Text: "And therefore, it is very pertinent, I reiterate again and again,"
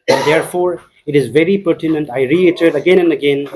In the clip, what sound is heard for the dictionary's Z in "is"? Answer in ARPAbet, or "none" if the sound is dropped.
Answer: Z